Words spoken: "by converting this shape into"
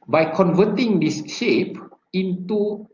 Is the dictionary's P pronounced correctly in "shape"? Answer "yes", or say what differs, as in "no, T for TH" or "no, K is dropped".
yes